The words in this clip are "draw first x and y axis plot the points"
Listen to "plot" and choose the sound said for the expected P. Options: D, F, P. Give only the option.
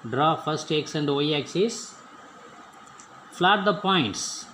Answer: F